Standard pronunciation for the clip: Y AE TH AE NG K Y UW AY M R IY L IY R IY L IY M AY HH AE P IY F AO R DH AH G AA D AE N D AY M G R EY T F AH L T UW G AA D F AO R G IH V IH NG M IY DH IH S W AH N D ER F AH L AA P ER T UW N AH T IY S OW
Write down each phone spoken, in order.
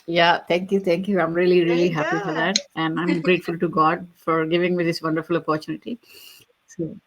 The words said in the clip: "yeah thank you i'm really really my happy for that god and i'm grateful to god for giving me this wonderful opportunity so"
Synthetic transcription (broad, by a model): Y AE T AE NG K Y UW AY M R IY L IY R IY IY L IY HH AE P IY F AO R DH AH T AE N D AY M G R EY T F AH L T UW G AA D F AO R G IH V IH NG M IY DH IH S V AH N D ER F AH L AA P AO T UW N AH T IY S OW